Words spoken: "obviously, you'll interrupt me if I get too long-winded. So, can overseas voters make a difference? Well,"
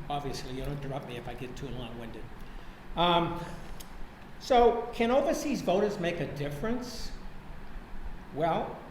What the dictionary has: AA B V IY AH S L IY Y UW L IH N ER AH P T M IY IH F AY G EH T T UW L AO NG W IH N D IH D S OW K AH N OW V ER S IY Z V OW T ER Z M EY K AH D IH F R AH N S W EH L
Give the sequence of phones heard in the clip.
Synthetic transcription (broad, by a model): AA B V IY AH S L IY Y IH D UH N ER AH P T M IY IH F AY G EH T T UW L AO NG W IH N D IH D S OW K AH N OW V ER S IY Z V OW T ER Z M EY K AH D IH F R AH N S W EH L